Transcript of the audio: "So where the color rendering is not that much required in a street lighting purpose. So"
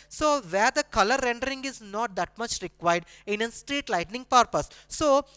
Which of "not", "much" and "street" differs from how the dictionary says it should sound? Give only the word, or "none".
none